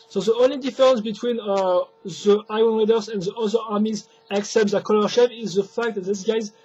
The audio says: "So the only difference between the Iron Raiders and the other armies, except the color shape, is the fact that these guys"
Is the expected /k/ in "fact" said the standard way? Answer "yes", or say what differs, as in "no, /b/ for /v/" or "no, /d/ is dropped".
yes